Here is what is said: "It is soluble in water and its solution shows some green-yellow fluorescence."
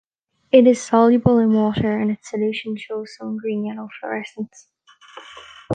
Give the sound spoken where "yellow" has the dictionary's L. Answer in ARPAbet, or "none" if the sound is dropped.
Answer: N